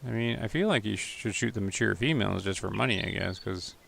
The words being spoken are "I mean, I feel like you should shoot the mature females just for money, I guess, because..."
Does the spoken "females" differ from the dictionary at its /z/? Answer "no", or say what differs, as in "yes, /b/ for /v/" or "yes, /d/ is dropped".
no